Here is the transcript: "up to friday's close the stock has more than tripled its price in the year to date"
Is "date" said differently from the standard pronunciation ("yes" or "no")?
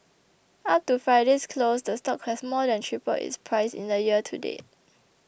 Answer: yes